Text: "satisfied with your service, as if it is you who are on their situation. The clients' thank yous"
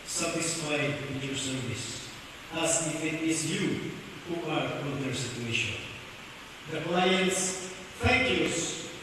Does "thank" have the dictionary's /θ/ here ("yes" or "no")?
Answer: no